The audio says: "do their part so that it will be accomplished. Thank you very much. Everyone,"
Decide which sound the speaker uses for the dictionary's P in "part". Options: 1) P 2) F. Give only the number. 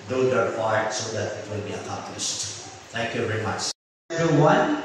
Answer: 2